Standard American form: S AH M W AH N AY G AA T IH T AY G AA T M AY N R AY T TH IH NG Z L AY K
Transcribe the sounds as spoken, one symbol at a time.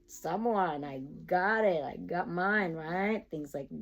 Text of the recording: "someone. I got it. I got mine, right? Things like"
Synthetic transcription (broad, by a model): S AH M W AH N AY G AA T IH T AY G AA T M AY N R AY T TH IH NG Z L AY K